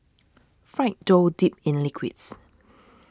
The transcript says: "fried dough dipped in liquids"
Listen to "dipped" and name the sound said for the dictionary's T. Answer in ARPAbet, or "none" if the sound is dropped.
none